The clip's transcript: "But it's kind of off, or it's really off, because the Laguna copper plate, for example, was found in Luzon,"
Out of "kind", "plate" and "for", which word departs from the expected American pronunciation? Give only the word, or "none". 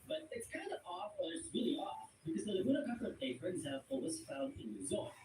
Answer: plate